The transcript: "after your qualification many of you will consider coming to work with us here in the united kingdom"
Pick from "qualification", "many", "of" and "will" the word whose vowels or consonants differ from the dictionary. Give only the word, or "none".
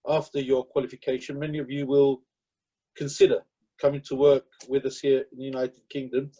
none